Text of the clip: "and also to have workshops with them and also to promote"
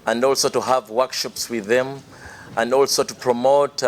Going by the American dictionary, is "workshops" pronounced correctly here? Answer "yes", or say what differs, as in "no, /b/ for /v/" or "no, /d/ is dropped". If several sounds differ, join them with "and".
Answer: yes